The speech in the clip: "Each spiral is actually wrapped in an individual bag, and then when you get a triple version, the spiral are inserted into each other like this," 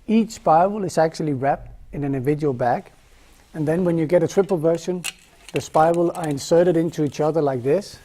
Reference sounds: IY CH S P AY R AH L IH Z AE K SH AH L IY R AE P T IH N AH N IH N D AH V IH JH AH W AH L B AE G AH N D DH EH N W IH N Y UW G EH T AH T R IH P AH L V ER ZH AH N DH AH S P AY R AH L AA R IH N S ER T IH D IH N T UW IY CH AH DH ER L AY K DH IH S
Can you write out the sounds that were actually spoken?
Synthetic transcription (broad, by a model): IY CH S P AY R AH L IH Z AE K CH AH L IY R AE P T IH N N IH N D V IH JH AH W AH L B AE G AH N DH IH N W IH N Y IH G EH T AH T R IH P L V ER SH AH N DH AH S P AY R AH L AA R IH N S ER T IH D IH N T UW IY CH AH DH ER L AY K DH IH S